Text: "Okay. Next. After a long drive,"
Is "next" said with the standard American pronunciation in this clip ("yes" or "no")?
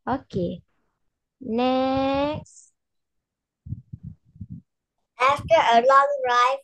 yes